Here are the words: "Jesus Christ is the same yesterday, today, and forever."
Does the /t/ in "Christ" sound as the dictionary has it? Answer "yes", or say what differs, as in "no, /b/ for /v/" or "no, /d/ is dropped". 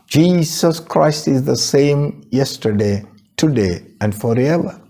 yes